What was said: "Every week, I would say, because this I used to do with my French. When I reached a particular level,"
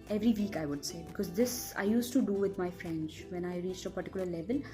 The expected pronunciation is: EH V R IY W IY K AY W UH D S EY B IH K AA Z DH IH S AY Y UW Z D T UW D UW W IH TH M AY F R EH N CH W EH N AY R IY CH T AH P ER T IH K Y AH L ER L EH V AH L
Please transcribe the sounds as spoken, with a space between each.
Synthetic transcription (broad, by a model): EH V R IY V IY K AY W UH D S EY B IH K AA Z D IH S AY Y UW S T UW D UW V IH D M AY F R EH N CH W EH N AY R IY CH T AH P ER T IH K Y AH L ER L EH V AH L